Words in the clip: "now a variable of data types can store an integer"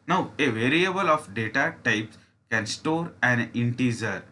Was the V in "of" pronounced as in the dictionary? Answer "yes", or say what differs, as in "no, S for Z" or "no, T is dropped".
no, F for V